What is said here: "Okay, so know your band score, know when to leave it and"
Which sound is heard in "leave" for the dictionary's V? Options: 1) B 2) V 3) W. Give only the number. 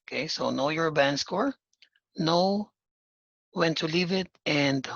2